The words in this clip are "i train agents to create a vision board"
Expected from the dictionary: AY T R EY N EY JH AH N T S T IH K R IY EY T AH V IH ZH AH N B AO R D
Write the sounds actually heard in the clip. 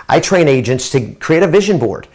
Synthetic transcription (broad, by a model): AY T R EY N EY JH AH N T S T IH K R IY EY T AH V IH ZH AH N B AO R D